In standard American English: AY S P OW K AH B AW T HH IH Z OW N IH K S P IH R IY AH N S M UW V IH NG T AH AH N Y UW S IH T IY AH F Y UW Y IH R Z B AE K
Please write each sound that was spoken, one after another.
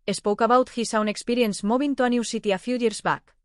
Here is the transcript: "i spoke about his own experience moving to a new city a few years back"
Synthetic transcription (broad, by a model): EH S P OW K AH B AW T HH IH S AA N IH K S P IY R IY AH N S M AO B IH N T AH AH N Y UW S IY T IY AH F Y UW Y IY R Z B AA K